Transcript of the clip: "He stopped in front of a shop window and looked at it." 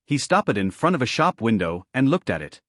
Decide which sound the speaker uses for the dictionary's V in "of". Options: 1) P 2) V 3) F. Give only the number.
2